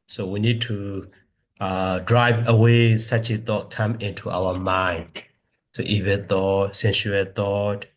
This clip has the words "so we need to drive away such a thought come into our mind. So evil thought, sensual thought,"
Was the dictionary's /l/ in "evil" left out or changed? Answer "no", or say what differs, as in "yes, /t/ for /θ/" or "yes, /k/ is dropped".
yes, /n/ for /l/